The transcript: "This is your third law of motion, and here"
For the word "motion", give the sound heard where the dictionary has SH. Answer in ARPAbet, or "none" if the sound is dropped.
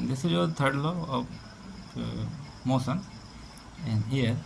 S